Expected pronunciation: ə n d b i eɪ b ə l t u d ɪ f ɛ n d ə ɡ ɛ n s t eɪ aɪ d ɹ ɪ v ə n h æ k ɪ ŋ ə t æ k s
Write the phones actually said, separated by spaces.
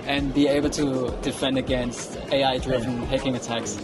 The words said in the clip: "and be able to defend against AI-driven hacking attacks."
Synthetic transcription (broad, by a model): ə n b i eɪ b ə l t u d ɪ f ɛ n d ə ɡ ɛ n s t eɪ aɪ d ɹ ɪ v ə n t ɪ k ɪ ŋ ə t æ k s